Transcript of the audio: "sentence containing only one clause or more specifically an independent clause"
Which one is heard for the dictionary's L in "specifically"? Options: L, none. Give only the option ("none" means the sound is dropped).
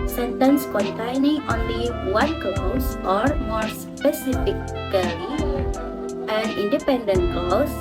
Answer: none